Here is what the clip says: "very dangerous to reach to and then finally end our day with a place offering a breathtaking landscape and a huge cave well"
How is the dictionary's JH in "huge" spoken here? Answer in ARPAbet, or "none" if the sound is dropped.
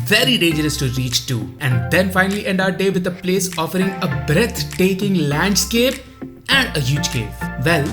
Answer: JH